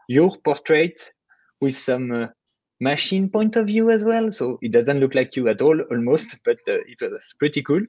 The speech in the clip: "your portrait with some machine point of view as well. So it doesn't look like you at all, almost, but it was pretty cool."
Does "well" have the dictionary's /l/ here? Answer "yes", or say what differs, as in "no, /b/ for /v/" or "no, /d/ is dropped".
yes